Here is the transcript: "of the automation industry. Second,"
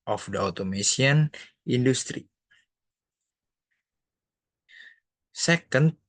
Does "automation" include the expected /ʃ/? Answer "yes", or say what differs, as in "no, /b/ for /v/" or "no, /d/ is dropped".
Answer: no, /s/ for /ʃ/